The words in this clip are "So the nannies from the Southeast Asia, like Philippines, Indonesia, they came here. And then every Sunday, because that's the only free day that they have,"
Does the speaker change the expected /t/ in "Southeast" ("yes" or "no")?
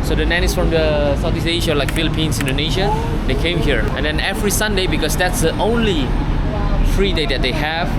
yes